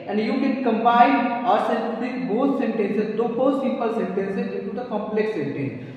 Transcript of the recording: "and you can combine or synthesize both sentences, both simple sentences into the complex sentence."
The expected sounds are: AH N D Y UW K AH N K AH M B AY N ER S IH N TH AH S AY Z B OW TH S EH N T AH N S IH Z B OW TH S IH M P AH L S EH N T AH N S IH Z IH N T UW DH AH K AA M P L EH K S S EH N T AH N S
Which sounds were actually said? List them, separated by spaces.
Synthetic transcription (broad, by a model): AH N D Y UW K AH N K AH M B AY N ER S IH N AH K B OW T S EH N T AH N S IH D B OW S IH P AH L S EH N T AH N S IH IH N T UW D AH K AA M P L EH K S S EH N T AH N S